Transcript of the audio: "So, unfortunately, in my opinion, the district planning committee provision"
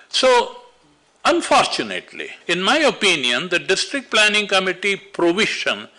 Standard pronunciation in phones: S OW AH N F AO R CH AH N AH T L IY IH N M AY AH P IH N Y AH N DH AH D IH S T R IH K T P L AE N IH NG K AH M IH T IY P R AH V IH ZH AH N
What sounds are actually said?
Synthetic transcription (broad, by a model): S OW AH N F AO R CH AH N AH T L IY IH N M AY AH P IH N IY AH N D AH D IH S T R IH K T P L AE N IH NG K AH M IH T IY P R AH V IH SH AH N